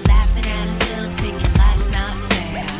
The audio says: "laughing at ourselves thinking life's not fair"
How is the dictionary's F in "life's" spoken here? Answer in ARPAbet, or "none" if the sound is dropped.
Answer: none